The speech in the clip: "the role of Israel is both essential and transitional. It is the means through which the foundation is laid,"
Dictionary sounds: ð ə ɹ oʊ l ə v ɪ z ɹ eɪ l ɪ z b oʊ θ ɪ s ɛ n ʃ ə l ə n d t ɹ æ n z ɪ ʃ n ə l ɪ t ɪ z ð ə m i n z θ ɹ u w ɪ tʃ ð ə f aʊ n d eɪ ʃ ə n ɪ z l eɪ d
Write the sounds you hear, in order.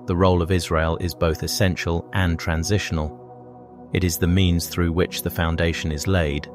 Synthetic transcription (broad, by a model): ð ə ɹ oʊ l ə v ɪ z ɹ eɪ l ɪ z b oʊ θ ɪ s ɛ n ʃ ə l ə n t ɹ æ n z ɪ ʃ n ə l ɪ t ɪ z ð ə m i n z θ ɹ u w ɪ tʃ ð ə f aʊ n d eɪ ʃ ə n ɪ z l eɪ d